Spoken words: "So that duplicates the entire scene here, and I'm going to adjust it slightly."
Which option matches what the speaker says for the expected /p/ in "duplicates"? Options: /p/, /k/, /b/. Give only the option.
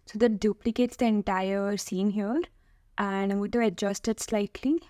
/p/